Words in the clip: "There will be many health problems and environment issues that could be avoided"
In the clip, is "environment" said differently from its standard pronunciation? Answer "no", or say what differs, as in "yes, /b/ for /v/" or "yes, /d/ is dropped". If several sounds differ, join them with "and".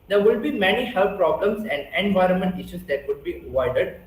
no